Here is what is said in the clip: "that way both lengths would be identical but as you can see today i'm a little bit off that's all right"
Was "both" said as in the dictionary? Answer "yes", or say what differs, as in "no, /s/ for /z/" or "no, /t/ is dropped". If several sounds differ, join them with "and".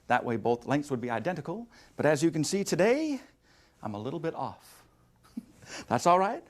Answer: yes